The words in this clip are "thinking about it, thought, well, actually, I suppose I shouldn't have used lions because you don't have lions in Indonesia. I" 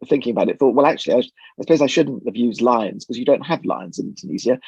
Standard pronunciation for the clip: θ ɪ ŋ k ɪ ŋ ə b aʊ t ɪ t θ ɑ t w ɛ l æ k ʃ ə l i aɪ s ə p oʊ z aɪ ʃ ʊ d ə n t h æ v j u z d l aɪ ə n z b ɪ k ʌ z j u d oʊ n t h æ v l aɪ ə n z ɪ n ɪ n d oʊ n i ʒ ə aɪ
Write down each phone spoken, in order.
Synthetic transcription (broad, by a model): θ ɪ ŋ k ɪ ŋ ə b aʊ t ɪ t θ ɑ t w ɛ l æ k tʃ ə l i aɪ s ə p oʊ z aɪ ʃ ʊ d n t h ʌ v j u z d l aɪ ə n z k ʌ z j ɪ d oʊ n t h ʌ v l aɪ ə n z ɪ n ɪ n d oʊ n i z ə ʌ